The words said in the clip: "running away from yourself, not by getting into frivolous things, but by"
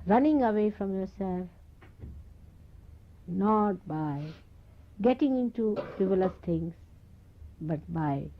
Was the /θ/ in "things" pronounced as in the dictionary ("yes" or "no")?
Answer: no